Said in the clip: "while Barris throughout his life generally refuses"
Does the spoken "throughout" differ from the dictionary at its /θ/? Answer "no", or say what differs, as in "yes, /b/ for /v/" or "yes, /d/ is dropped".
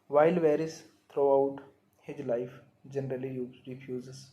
yes, /t/ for /θ/